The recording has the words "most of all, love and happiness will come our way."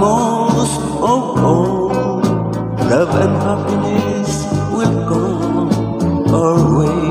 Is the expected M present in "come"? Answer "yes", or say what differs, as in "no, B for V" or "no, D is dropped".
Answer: no, M is dropped